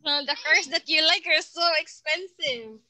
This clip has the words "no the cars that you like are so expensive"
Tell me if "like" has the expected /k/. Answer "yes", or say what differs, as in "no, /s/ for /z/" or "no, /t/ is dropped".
yes